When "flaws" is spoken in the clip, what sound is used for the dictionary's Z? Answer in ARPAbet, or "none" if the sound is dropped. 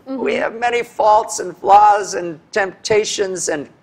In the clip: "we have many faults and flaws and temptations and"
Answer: Z